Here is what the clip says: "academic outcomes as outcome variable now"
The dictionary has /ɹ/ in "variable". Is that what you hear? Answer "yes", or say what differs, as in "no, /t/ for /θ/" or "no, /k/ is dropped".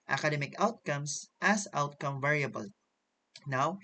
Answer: yes